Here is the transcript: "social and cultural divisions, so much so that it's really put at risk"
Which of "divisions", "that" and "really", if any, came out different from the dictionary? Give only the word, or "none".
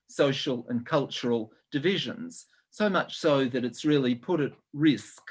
none